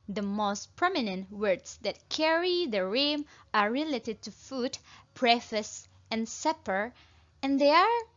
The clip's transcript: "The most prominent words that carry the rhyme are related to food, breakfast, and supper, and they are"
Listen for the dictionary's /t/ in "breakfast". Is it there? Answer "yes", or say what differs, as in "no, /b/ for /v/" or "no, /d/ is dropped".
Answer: no, /t/ is dropped